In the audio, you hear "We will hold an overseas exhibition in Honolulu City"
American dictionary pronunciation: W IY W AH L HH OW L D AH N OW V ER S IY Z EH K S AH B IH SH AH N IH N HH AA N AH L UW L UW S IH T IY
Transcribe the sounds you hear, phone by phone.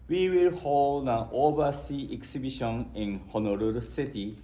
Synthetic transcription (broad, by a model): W IY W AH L HH OW L D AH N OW B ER S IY EH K S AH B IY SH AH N IH N HH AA N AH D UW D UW S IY T IY